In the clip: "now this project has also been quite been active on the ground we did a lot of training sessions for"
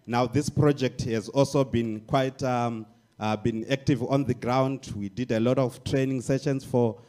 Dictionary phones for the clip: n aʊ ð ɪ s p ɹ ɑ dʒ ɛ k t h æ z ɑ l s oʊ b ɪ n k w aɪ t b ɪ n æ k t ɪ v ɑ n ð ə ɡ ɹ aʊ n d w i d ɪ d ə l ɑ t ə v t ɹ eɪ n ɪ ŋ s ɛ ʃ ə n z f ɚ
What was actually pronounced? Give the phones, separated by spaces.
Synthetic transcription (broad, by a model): n aʊ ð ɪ s p ɹ ɑ dʒ ɛ k t h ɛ z ɑ l s oʊ b ɪ n k w aɪ t b ɪ n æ k t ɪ v ɑ n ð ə ɡ ɹ aʊ n d w i d ɪ d ə l ɑ t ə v t ɹ eɪ n ɪ ŋ s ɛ ʃ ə n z f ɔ